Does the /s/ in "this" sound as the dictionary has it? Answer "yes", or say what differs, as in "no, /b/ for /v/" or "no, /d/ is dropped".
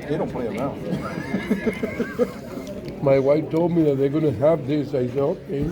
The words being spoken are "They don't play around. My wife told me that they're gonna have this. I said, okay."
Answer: yes